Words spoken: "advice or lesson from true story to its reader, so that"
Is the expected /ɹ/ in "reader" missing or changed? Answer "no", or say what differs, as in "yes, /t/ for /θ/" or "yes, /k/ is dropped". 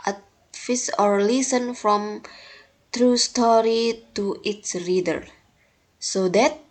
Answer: no